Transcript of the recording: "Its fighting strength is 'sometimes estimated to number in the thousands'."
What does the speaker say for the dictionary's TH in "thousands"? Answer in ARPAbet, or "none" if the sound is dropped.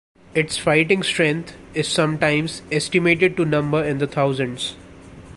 T